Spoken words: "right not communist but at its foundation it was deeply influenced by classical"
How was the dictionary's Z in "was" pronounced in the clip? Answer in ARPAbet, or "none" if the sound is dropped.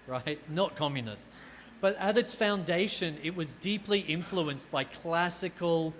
Z